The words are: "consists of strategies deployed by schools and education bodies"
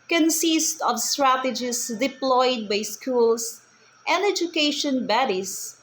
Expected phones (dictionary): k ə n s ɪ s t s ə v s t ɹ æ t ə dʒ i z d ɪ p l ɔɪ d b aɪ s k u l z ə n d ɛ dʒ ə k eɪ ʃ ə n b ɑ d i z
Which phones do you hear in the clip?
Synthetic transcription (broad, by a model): k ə n s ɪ s t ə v s t ɹ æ t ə dʒ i s d ɪ p l ɔɪ d b aɪ s k u l s ə n d ɛ dʒ ə k eɪ ʃ ə n b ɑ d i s